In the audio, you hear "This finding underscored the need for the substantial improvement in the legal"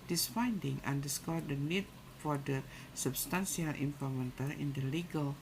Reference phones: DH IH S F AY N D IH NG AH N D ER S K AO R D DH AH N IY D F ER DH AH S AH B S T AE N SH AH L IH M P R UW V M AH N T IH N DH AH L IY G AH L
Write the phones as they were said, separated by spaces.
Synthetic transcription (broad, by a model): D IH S F AY N D IH NG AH N D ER S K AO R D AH N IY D F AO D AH S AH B S T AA N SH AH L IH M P AO M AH N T IH N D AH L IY G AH L